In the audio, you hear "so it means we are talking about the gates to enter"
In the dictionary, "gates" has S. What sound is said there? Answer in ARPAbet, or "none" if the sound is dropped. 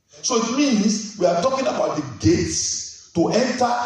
S